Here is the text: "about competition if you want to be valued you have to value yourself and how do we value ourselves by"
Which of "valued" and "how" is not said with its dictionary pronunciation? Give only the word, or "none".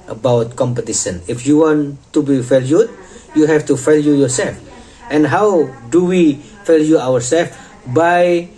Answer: valued